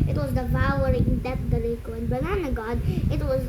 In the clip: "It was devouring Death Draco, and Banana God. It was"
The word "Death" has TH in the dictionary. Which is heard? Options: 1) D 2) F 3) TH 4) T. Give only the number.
4